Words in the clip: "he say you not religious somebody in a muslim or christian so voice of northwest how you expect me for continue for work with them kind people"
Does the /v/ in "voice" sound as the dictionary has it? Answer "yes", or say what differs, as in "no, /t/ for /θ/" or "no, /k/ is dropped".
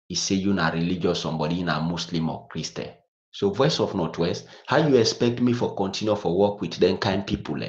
yes